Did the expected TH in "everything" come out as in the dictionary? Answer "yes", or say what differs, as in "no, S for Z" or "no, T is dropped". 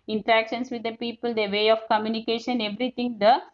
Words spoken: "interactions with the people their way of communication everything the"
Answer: no, T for TH